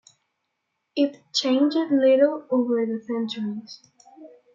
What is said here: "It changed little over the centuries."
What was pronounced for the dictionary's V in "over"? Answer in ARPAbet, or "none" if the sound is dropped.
V